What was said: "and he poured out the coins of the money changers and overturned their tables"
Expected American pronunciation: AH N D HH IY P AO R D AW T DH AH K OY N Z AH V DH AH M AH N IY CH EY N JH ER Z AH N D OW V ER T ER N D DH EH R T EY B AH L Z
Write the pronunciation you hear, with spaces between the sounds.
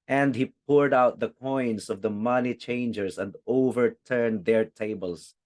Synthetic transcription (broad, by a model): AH N D HH IY P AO R D AW T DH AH K OY N S AH V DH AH M AH N IY CH EY N JH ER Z AH N D OW V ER T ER N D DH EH R T EY B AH L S